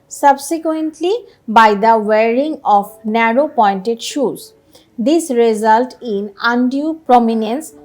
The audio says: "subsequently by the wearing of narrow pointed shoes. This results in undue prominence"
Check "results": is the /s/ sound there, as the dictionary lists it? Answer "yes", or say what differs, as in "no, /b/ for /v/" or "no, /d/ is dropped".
no, /s/ is dropped